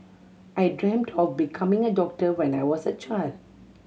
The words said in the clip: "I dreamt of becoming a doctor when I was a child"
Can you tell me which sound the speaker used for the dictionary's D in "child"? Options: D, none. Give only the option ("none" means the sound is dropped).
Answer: D